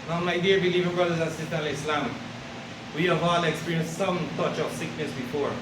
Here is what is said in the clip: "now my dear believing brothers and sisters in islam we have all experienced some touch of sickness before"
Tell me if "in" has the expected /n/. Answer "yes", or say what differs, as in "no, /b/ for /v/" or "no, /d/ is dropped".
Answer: no, /l/ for /n/